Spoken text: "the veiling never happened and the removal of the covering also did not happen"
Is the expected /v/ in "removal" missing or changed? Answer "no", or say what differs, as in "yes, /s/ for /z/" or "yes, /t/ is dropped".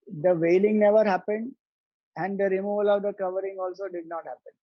no